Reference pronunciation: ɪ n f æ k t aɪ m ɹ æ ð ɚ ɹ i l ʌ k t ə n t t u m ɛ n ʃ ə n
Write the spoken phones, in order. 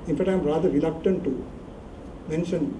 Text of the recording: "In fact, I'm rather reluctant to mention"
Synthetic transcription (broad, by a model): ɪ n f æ t aɪ m ɹ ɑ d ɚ ɹ i l ʌ k t ə n t t u m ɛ n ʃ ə n